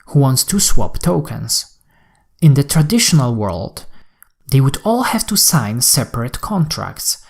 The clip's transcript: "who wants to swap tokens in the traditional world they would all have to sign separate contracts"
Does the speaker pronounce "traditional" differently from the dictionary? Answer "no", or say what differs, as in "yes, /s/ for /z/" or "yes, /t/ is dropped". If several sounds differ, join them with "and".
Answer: no